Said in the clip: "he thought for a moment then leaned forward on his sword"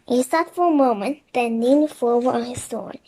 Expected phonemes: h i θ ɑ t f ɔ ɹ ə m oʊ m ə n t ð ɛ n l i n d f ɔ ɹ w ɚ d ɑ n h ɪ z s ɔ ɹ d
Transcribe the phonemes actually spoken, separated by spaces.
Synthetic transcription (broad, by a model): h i s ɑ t f ɔ ɹ ə m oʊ m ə n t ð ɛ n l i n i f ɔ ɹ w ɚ ɑ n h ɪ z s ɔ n